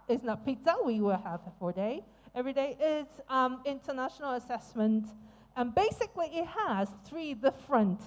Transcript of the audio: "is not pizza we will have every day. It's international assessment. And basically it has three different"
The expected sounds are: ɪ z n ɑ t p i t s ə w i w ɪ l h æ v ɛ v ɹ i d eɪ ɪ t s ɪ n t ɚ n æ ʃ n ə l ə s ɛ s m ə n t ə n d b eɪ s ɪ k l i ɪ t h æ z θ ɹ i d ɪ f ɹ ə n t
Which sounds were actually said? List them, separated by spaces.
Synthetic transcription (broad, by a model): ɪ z n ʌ t p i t ə w i w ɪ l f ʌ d ɛ v ɹ i d eɪ ɪ t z ɪ n t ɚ n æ ʃ n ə l ə s ɛ s m ə n t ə n b eɪ s ɪ k l i ɪ t h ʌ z θ ɹ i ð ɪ f ɹ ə n t